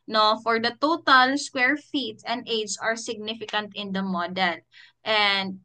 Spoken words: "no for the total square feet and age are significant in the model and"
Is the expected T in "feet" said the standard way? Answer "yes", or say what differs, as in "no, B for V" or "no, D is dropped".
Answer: yes